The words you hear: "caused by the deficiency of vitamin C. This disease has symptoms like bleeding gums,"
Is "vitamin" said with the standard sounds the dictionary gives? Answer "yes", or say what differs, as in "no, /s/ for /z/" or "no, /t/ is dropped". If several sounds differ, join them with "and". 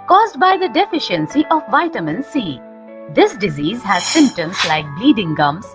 yes